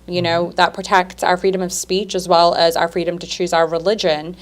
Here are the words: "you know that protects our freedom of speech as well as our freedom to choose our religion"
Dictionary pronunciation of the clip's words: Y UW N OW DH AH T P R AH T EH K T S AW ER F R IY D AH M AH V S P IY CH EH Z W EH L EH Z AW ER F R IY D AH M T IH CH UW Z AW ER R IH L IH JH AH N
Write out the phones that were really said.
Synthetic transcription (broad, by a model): Y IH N OW DH AH T P R AH T EH K T S AW ER F R IY D AH M AH V S P IY CH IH Z W EH L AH Z AW ER F R IY D AH M T IH CH UW Z AW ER R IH L IH JH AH N